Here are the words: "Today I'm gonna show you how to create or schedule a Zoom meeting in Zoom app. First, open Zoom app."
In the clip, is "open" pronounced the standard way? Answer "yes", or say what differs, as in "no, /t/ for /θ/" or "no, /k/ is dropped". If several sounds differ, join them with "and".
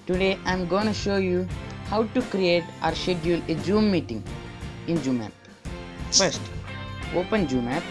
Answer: yes